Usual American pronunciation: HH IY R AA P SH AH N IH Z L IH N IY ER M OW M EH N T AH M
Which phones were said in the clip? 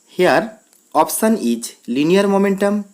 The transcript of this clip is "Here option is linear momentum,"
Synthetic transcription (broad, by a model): HH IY R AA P S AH N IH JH L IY N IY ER M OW M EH N T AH M